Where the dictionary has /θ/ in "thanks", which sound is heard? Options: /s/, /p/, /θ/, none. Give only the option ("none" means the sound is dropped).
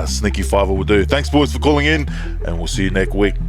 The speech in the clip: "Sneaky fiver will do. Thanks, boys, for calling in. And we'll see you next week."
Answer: /θ/